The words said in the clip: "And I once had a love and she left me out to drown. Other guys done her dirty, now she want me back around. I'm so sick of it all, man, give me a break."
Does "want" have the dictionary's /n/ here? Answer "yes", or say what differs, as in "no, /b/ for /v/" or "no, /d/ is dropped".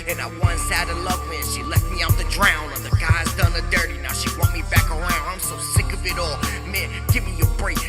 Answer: no, /n/ is dropped